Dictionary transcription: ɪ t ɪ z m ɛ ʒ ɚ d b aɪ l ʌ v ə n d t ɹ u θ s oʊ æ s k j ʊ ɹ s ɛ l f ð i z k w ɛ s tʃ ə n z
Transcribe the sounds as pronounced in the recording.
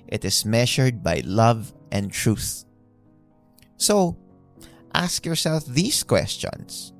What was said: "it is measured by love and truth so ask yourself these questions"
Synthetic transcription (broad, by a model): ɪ t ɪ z m ɛ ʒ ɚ d b aɪ l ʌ v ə n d t ɹ u θ s oʊ æ s k j ʊ ɹ s ɛ l f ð i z k w ɛ s tʃ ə n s